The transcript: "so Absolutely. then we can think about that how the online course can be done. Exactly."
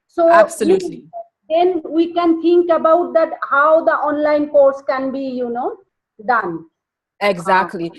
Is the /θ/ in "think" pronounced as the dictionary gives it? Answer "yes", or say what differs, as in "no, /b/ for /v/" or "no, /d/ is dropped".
no, /t/ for /θ/